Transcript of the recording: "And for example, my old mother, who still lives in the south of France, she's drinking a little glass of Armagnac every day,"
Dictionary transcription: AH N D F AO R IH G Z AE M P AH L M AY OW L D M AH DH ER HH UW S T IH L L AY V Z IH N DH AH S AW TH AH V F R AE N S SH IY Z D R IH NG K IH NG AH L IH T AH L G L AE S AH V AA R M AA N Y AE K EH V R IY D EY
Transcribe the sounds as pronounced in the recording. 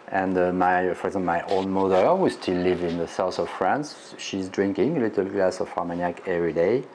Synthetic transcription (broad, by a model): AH N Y F AO R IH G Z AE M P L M AY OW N M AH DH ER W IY S T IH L L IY V IH N DH AH S AW TH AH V F R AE N S SH IY Z D R IH NG K IH NG AH L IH T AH L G L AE S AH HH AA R M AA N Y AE K EH V R IY D EY